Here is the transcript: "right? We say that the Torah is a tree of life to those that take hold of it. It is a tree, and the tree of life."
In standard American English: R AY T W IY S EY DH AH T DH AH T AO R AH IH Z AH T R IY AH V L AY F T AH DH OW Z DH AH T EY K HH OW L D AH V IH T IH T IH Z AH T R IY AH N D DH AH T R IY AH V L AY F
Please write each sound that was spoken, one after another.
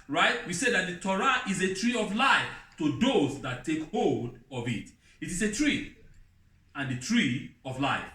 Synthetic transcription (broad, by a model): R AY T W IY S EY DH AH T DH AH T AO R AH IH Z AH T R IY AH V L AY F T AH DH OW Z DH AH T EY K HH OW L D AH V IH T IH T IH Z AH T R IY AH N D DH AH T R IY AH V L AY F